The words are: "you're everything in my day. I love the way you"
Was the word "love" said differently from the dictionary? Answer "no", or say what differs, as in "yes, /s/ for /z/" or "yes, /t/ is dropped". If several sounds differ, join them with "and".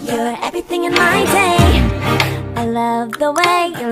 no